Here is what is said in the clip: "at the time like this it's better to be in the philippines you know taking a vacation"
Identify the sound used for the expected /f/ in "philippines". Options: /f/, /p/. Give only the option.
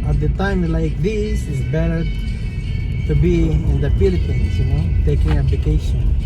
/p/